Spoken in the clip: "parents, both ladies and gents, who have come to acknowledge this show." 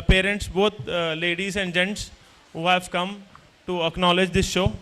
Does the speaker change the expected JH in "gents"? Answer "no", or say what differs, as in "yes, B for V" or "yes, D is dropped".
no